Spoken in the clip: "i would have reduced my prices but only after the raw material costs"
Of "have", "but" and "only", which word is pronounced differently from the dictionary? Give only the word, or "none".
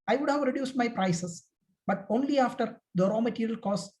none